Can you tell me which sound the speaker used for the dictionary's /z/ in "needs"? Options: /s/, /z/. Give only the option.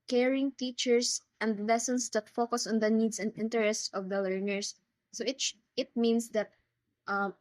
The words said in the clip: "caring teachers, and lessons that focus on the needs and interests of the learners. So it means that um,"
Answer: /s/